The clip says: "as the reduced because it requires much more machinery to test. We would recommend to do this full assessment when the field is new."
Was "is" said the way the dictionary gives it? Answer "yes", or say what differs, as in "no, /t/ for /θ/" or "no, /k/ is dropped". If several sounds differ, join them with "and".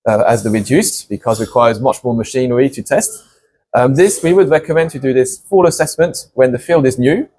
yes